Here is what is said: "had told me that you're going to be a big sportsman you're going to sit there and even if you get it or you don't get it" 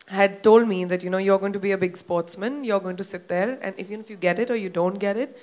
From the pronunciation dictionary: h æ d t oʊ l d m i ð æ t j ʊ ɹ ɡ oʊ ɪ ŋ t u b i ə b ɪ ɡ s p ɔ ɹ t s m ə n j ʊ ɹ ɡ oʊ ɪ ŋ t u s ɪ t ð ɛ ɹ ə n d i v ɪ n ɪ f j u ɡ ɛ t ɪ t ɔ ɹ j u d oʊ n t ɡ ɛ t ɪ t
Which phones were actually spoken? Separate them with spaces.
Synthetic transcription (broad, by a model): h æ d t oʊ l d m i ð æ t j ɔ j ɡ oʊ ɪ ŋ t u b i ə b ɪ ɡ s p ɔ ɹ t s m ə n j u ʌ ɡ oʊ ɪ ŋ t u s ɪ t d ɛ ɹ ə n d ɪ f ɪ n ɪ f j u ɡ ɛ t ɪ t ɔ ɹ j u d oʊ n t ɡ ɛ t ɪ t